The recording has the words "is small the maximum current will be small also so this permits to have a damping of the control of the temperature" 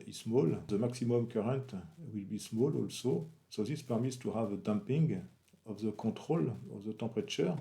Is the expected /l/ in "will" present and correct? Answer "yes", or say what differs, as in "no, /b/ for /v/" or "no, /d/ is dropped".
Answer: yes